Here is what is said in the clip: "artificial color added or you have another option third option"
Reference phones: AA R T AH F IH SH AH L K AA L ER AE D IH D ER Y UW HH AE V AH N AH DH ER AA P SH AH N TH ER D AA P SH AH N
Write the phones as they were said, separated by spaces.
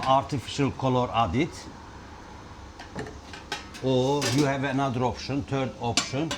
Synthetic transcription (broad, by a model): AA R T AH F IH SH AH L K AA L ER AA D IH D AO Y UW HH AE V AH N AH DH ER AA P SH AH N T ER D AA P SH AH N